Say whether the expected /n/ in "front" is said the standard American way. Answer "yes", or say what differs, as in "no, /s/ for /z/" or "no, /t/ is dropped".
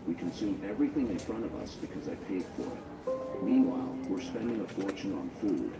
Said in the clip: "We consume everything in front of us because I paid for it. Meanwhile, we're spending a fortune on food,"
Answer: no, /n/ is dropped